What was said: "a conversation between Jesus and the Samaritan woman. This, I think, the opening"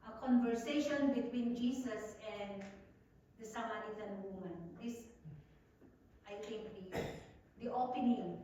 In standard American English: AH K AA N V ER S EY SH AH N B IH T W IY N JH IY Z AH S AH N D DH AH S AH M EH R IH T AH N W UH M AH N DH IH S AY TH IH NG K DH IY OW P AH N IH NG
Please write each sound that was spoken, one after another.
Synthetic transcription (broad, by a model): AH K AA N V ER S EY SH AH N B IH T W IY N JH IY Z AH S AH N D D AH S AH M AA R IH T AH N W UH M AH N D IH S AY T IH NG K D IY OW P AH N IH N